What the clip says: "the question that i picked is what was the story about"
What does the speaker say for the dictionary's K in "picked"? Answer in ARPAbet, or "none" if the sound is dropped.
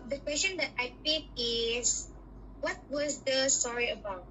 none